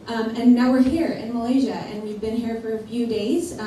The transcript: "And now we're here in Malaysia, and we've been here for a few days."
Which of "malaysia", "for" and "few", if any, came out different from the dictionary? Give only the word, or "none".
none